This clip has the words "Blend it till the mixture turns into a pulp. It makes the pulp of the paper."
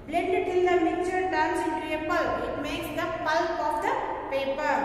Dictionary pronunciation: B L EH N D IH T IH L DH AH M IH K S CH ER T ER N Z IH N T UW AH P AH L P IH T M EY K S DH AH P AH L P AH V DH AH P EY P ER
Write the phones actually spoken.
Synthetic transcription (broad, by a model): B L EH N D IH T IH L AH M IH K CH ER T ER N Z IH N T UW AH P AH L IH T M EY K S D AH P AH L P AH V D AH P EY P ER